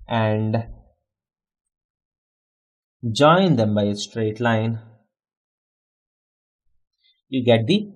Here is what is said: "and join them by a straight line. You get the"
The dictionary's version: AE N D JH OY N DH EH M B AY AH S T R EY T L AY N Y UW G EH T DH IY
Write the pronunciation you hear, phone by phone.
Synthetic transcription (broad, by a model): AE N D JH OY N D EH M B AY AH S T R EY T L AY N Y UW G EH T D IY